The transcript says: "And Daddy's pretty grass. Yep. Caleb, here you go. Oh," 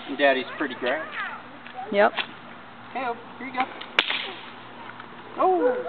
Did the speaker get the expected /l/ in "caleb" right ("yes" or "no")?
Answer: no